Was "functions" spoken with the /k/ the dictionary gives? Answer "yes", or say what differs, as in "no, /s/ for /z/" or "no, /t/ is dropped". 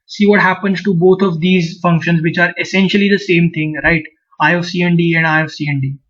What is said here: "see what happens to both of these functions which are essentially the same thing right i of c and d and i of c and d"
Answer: yes